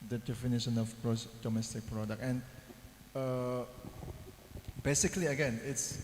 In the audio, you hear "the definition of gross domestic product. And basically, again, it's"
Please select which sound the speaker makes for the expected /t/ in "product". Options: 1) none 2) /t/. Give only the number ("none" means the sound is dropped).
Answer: 1